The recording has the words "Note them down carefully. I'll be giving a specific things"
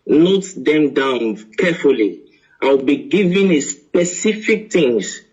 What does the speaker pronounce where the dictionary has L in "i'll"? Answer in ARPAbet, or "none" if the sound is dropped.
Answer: W